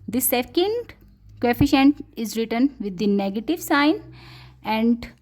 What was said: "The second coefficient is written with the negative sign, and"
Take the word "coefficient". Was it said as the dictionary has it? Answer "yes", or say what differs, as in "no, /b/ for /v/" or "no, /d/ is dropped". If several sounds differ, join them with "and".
yes